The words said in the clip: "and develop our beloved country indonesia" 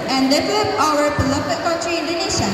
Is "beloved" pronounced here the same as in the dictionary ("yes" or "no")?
no